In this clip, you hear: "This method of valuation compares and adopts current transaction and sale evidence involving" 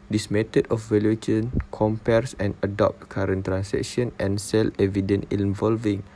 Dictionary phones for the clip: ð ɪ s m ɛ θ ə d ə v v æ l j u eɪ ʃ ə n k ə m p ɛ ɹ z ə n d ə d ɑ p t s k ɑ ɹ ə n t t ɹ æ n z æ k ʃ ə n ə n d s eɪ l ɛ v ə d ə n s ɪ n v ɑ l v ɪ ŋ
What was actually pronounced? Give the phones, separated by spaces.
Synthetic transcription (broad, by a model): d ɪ s m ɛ t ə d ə f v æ l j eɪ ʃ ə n k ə m p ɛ ɹ s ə n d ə d ɑ p t k ɑ ɹ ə n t t ɹ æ n s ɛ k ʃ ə n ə n s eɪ l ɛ v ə d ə n ɪ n v ɑ l v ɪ ŋ